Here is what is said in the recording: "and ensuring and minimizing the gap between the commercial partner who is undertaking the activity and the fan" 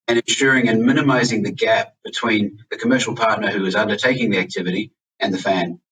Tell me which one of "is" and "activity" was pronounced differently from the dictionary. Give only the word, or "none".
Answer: none